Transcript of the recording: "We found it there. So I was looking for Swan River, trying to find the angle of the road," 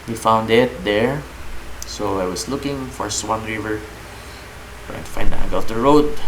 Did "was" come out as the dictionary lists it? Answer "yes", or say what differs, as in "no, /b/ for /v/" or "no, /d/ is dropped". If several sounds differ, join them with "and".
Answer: no, /s/ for /z/